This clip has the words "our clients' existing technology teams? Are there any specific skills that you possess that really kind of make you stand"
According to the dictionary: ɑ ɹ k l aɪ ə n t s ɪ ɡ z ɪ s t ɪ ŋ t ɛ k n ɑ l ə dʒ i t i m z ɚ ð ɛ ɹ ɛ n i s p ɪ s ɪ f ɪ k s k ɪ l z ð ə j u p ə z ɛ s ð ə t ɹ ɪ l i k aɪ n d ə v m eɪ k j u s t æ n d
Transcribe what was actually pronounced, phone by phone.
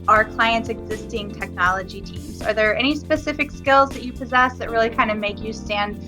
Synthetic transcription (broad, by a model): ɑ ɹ k l aɪ ə n t s ɪ ɡ z ɪ s t ɪ ŋ t ɛ k n ɑ l ə dʒ i t i m z ɚ ð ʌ ɹ ɛ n i s p ɪ s ɪ f ɪ k s k ɪ l z ð ə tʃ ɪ p ə z ɛ s ð ə t ɹ ɪ l i k aɪ n d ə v m eɪ k j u s t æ n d